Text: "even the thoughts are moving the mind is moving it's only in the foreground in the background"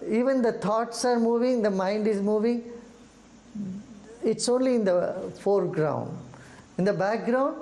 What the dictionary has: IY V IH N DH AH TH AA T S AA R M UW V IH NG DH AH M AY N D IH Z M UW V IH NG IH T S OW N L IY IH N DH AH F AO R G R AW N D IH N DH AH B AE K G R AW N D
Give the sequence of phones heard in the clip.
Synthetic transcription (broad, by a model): IY V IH N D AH T AA T S AA R M UW V IH NG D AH M AY N D IH Z M UW V IH NG IH T S OW N L IY IH N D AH F AO R G R AW N D IH N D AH B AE K G R AW N D